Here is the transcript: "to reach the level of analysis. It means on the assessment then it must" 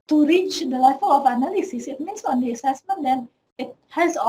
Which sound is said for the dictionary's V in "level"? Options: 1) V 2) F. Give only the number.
2